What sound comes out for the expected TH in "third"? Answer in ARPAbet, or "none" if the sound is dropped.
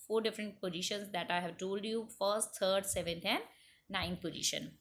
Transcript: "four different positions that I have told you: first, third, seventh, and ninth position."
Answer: T